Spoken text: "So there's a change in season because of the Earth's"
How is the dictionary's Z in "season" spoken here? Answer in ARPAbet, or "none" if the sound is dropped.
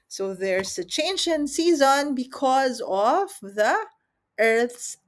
Z